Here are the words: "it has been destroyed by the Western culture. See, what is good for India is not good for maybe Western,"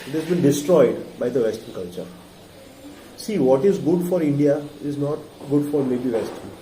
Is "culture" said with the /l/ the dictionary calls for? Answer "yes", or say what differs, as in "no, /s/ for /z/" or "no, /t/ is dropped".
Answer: yes